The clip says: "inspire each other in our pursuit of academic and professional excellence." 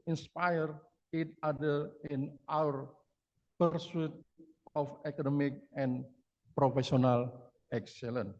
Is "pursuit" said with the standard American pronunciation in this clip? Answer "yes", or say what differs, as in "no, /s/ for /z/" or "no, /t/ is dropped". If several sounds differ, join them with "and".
yes